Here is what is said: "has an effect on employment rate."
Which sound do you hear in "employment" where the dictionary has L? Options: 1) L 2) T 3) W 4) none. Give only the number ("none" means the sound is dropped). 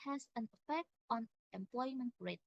1